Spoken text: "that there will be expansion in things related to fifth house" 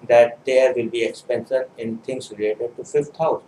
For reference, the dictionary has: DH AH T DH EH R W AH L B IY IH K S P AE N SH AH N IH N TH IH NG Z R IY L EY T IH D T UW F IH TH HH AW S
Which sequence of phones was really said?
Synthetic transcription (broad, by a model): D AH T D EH W AH L B IY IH K S P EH N S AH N IH N T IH NG S R IY L EY T IH D T UW F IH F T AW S